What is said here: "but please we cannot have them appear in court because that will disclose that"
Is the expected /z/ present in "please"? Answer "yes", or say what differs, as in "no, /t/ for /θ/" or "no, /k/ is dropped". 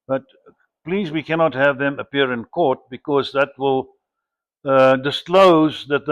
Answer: yes